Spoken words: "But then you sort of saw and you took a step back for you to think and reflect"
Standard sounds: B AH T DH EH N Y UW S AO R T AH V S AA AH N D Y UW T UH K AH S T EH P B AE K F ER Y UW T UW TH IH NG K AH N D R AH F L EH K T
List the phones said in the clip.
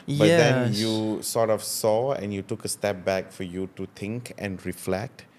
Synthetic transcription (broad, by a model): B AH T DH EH N Y UW S AO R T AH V S AA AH N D Y UW T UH K AH S T EH P B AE K F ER Y UW T UW T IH NG K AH N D R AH F L EH K T